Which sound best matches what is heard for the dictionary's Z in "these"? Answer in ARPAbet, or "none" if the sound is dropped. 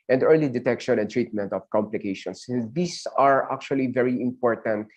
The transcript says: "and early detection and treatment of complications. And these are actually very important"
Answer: S